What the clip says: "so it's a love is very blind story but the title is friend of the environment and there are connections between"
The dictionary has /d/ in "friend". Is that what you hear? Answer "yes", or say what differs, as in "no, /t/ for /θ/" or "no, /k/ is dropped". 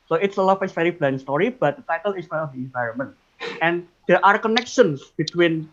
no, /d/ is dropped